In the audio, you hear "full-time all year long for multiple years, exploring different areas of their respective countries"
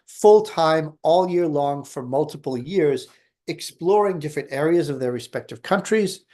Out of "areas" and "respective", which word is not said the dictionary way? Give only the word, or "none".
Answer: none